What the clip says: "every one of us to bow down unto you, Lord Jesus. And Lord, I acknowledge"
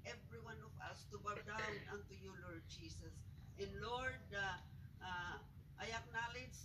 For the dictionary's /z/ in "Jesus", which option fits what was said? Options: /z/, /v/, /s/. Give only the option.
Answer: /s/